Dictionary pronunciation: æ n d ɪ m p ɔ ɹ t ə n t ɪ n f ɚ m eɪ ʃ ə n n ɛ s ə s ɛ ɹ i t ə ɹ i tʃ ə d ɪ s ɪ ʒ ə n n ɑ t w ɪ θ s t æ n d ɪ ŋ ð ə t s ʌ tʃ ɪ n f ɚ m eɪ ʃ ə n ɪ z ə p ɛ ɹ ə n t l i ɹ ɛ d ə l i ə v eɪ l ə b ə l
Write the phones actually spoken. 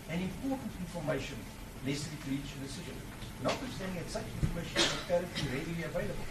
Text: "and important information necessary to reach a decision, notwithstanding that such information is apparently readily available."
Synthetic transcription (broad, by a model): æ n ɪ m p ɔ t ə n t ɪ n f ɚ m eɪ ʃ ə n l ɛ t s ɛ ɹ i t ɹ i tʃ ə d ɪ s ɪ ʒ ə n n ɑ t w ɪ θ s t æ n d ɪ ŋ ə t s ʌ tʃ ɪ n f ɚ m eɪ ʃ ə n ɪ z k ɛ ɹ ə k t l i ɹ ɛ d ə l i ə v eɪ l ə b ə l